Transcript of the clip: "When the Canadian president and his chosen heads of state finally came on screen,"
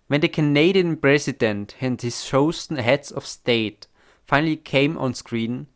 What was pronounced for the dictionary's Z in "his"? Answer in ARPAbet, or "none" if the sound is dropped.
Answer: S